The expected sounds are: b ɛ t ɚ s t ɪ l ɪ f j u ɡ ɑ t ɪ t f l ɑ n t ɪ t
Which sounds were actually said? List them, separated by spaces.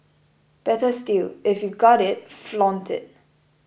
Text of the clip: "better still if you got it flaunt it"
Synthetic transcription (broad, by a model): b ɛ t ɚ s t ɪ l ɪ f j u ɡ ɑ t ɪ t f l ɑ n t ɪ t